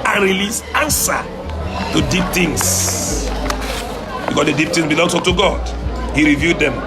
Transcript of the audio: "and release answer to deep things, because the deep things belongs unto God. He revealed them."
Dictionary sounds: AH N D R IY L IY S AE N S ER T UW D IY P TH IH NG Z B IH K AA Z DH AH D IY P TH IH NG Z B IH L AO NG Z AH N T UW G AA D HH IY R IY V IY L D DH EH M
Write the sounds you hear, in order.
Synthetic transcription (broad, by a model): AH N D R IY L IY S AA N S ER T UW D IY P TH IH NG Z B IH K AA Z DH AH D IY P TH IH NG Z B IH L AO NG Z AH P T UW G AA D HH IY R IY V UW D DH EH M